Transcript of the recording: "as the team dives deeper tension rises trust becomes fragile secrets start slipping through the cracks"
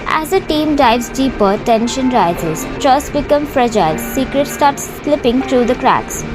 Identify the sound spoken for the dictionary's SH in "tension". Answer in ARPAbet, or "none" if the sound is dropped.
SH